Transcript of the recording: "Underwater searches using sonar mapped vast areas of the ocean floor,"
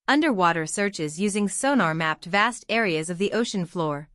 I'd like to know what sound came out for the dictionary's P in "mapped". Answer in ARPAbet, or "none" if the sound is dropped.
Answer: P